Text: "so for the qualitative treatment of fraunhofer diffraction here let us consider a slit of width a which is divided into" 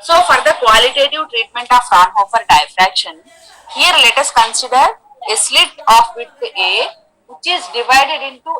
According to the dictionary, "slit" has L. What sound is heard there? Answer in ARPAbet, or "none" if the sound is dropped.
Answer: L